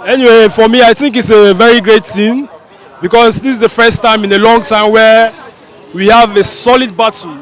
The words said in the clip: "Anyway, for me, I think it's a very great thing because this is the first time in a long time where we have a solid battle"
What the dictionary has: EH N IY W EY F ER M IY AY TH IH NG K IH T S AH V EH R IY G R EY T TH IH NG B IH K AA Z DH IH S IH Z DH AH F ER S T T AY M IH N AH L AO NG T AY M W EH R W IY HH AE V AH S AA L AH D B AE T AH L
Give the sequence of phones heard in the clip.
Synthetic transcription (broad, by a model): EH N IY W EY F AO M IY AY TH IH NG K IH T S AH V EH R IY G R EY T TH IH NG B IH K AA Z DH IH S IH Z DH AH F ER S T T AY M IH N AH L AO NG T AY M W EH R W IY HH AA V AH S AA L AH D B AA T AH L